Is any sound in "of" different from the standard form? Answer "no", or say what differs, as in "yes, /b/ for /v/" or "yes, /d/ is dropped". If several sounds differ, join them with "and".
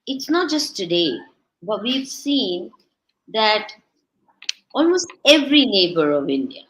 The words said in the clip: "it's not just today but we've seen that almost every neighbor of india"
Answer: no